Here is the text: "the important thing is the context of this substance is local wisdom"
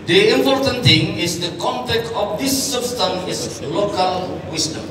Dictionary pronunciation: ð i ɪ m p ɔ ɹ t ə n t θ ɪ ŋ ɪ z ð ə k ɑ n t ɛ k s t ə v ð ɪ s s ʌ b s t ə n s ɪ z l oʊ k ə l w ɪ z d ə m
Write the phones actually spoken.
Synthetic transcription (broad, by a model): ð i ɪ m p ɔ ɹ t ə n t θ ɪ ŋ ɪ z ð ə k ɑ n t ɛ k t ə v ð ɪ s s ʌ b s t ə n s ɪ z l oʊ k ə l w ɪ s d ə m